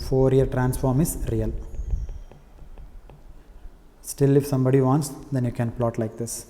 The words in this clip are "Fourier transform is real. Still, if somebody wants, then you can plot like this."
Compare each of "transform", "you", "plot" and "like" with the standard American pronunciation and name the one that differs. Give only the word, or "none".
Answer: none